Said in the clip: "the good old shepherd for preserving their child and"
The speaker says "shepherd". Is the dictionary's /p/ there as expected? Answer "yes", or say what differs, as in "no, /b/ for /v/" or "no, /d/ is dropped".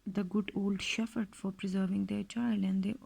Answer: no, /f/ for /p/